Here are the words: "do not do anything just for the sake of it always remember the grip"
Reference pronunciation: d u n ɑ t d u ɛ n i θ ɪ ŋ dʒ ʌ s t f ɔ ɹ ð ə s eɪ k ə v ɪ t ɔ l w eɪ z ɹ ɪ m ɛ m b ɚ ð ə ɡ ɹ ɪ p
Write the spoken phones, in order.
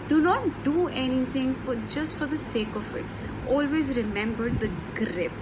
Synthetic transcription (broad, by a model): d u n ɑ t d u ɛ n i t ɪ ŋ dʒ ʌ s t f ɔ ɹ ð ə s eɪ k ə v ɪ t ɔ l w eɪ z ɹ ɪ m ɛ m b ɚ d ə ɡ ɹ ɪ p